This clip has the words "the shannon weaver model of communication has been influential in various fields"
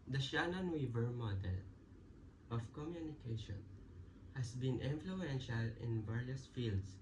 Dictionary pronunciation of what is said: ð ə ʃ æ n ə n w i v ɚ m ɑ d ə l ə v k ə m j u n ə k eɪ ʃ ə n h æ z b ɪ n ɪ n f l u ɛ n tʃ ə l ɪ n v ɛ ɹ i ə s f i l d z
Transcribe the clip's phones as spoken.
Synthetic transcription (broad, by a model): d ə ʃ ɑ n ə n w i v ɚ m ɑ d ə l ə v k ə m j u n ə k eɪ ʃ ə n h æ s b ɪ n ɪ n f l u ɛ n ʃ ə l ɪ n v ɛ ɹ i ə s f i l d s